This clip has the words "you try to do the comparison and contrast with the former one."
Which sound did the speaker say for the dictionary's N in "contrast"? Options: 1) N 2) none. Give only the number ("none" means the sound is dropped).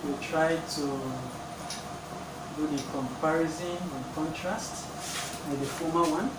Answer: 1